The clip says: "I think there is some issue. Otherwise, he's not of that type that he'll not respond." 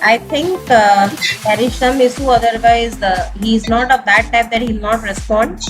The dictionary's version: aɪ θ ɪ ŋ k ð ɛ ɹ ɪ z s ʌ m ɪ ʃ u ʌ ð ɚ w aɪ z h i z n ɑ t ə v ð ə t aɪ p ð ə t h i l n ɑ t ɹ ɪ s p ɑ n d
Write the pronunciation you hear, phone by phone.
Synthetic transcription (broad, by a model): aɪ t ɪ ŋ k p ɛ ɹ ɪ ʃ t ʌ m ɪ s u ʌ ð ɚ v aɪ z h i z n ɑ t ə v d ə t aɪ p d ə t h i l n ɑ t ɹ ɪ s p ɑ n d